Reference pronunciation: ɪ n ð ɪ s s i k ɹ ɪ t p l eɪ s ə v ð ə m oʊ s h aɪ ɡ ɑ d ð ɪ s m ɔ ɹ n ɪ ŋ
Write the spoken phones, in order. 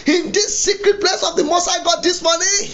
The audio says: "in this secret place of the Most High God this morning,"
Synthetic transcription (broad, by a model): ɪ n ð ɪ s s i k ɹ ɪ t p l eɪ s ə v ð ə m oʊ s aɪ ɡ ɑ d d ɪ s m ɔ n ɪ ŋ